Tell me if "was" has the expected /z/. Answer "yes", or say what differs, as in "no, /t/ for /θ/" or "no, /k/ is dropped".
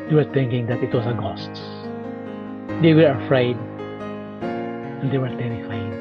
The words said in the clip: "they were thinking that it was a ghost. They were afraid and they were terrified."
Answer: no, /s/ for /z/